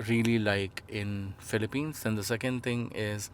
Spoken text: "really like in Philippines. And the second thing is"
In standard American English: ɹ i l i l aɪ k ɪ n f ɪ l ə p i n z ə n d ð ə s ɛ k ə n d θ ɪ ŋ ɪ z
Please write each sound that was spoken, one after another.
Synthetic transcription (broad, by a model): ɹ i l i l aɪ k ɪ n f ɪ l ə p i n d ə n d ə s ɛ k ə n d t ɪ ŋ ɪ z